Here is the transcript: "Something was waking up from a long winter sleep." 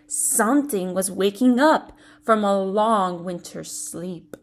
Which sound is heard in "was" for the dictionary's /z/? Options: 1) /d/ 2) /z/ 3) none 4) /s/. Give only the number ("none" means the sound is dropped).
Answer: 2